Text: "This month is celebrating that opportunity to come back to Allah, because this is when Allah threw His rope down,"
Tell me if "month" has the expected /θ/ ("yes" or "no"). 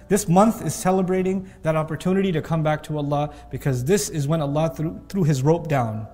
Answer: yes